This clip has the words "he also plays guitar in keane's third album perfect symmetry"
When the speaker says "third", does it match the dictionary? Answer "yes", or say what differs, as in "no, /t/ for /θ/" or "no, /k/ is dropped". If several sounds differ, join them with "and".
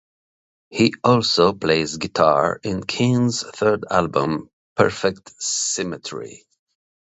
yes